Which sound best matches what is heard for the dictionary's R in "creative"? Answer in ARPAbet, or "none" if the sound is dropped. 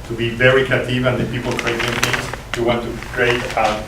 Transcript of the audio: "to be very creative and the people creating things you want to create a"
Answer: none